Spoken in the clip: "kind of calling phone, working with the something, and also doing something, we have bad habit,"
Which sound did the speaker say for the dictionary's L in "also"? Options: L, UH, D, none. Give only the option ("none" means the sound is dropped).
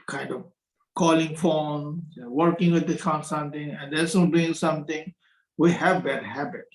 none